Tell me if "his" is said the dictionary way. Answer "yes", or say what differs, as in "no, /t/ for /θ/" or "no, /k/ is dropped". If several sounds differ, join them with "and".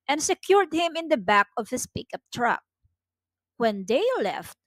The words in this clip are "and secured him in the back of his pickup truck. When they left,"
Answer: no, /s/ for /z/